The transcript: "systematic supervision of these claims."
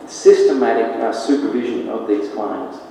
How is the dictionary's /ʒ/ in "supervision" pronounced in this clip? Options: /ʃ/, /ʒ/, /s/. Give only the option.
/ʒ/